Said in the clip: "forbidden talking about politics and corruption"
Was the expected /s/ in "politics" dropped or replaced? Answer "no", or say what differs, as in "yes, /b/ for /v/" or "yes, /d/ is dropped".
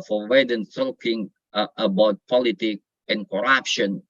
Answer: yes, /s/ is dropped